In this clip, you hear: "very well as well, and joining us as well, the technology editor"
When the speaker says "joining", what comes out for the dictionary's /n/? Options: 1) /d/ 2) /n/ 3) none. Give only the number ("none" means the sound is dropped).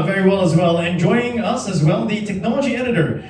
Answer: 3